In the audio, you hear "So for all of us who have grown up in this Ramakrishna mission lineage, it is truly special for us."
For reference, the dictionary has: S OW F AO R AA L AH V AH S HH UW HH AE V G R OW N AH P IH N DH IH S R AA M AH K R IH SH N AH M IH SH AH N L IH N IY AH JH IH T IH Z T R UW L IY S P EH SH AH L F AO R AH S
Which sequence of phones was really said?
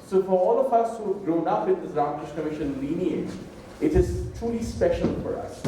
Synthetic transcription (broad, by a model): S OW F AO R AA L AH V AH S HH UW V G R OW N AH P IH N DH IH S R AA M AH K R IH SH N AH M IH SH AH N L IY N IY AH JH IH T IH Z T R UW L IY S P EH SH AH L F AO R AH S